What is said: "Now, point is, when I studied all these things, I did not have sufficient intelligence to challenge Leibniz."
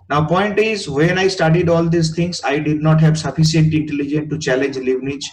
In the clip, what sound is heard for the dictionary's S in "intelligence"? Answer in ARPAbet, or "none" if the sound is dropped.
none